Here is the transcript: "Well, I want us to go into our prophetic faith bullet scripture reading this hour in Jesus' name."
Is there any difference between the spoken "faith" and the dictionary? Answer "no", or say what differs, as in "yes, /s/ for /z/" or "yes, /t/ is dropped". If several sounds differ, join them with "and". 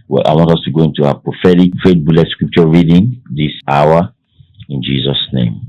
yes, /t/ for /θ/